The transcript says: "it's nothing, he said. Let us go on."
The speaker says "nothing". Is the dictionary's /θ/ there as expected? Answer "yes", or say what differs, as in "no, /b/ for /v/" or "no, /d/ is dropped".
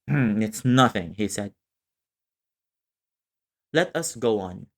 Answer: yes